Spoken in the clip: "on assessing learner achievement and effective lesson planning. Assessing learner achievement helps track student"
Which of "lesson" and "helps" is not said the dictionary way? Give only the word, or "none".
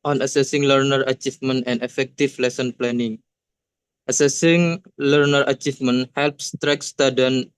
none